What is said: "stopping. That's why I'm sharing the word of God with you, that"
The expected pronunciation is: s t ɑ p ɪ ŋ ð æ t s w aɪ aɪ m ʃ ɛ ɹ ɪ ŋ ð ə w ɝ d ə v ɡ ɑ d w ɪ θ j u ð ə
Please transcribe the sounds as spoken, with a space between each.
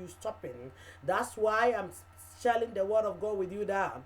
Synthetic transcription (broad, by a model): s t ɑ p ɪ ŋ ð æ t s w aɪ aɪ m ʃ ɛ l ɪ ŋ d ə w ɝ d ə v ɡ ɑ w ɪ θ j u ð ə